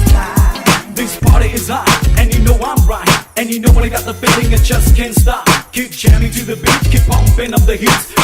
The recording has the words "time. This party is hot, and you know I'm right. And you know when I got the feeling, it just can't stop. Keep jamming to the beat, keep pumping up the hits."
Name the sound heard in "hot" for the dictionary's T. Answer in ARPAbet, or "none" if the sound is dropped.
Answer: none